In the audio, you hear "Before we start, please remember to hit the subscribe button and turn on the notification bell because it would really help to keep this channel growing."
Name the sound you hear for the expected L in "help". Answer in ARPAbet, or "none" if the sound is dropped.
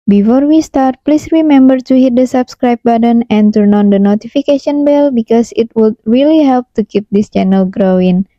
L